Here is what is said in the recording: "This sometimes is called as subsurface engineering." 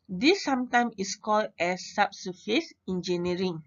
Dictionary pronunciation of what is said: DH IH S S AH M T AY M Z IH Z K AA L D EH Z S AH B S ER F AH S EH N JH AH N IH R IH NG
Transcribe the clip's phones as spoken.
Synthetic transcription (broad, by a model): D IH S S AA M T AY M IH S K AA L D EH S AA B S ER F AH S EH N JH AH N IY R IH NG